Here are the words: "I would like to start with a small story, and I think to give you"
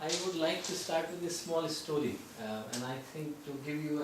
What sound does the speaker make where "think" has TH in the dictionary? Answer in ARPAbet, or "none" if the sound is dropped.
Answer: T